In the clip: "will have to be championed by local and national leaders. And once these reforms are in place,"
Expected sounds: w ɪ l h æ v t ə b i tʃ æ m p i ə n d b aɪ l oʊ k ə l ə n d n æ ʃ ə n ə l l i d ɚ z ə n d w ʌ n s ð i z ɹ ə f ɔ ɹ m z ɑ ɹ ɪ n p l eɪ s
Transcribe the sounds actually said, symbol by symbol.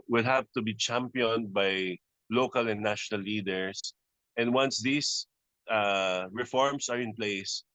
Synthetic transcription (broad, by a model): w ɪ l h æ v t ə b i tʃ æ m p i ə n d b aɪ l oʊ k ə l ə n n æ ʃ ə n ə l l i d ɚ s ə n d w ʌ n s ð i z ɹ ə f ɔ ɹ m s ɑ ɹ ɪ n p l eɪ s